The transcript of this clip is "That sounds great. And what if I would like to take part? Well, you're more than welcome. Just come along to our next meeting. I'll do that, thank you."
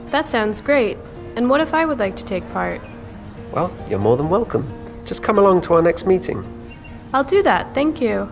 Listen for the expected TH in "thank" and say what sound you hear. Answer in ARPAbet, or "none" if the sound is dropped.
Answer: TH